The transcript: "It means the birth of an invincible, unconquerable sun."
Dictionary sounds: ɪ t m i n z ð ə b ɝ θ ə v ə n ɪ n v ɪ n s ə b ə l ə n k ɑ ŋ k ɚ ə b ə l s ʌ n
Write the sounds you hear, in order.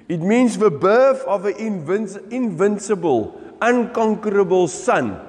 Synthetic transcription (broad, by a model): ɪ t m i n s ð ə b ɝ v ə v ə n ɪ n v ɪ n s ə b ə l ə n k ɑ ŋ k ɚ ə b ə l s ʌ n